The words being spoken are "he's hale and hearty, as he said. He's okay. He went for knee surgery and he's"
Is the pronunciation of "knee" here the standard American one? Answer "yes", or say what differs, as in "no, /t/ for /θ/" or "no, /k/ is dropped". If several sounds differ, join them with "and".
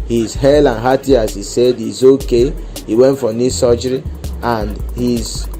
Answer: yes